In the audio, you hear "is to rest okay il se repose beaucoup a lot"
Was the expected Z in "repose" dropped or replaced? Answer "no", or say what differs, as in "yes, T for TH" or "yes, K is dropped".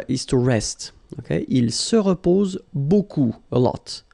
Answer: no